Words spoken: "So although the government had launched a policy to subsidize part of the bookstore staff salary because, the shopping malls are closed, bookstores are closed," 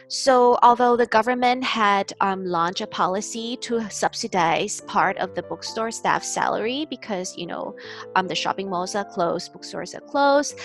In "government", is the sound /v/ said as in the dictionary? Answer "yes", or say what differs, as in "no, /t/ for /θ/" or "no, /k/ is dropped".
yes